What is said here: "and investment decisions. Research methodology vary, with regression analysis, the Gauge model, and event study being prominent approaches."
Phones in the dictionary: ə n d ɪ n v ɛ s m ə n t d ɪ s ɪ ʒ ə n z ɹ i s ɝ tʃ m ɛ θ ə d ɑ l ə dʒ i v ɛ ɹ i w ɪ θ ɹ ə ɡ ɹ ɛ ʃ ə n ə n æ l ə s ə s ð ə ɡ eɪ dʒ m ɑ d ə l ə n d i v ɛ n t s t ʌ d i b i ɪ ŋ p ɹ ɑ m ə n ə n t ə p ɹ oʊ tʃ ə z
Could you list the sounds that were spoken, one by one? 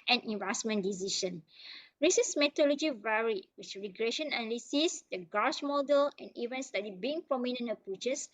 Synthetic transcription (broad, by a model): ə n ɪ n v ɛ s m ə n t d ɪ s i ʃ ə n ɹ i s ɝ s m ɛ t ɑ l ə dʒ i v ɛ ɹ i w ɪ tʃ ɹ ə ɡ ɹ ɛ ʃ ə n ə n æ l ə s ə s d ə ɡ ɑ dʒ m ɑ d ə l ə n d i v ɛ n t s t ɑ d i b i ɪ ŋ p ɹ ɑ m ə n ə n ə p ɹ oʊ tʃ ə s